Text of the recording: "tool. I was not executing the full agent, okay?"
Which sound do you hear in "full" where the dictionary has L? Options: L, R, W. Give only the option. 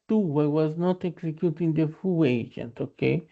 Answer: W